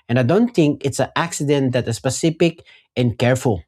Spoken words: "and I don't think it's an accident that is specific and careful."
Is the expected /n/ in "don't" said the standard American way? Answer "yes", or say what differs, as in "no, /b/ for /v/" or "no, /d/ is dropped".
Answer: yes